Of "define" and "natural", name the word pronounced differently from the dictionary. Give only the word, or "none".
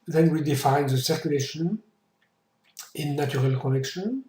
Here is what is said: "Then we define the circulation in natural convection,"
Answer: natural